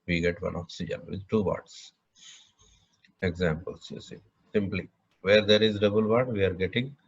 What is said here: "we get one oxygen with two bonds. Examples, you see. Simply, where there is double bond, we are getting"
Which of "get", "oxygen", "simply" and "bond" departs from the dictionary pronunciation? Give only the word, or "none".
bond